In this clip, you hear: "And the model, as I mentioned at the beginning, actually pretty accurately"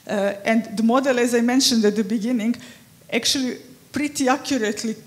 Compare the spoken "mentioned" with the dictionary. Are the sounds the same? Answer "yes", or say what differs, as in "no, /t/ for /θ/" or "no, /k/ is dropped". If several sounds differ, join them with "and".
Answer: yes